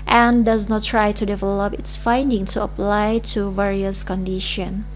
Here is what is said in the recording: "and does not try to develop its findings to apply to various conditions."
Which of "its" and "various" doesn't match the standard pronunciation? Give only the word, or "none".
none